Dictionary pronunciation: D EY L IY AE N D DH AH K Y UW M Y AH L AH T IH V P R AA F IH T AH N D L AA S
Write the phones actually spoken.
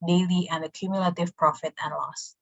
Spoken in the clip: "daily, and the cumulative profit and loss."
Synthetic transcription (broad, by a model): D EY L IY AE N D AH K Y UW M Y AH L AH T IH V P R AA F IH T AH N L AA S